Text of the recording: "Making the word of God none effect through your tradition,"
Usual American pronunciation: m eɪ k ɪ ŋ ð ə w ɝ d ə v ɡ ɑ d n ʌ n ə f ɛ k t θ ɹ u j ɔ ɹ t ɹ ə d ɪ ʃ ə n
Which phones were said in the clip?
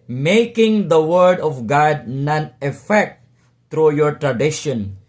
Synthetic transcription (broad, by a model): m eɪ k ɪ ŋ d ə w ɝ d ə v ɡ ɑ d n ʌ n ə f ɛ k t t ɹ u j ɔ ɹ t ɹ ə d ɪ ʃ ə n